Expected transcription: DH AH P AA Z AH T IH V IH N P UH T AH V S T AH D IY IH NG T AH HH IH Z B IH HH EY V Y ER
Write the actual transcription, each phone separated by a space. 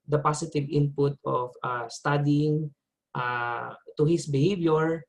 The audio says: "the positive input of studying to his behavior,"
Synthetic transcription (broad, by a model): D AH P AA S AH T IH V IH N P UH T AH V S T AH D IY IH NG T AH HH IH S B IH HH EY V Y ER